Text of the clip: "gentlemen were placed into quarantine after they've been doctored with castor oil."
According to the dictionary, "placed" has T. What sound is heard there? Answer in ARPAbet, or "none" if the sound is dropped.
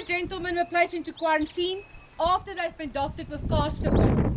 none